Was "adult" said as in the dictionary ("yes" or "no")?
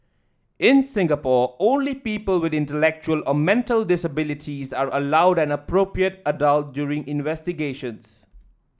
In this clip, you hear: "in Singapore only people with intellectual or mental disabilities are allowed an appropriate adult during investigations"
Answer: yes